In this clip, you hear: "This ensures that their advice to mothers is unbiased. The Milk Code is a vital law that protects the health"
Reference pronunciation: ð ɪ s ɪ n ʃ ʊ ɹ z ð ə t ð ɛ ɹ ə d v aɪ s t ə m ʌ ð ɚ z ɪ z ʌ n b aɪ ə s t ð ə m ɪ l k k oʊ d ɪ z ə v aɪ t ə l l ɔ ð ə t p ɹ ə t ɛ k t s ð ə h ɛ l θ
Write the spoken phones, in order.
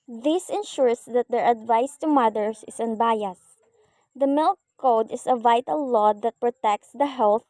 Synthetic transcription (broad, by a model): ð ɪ s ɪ n ʃ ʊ ɹ s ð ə t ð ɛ ɹ ə d v aɪ s t ə m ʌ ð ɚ s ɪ s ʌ n b aɪ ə s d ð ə m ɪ l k k oʊ d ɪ s ə v aɪ t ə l l ɔ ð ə t p ɹ ə t ɛ k t s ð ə h ɛ l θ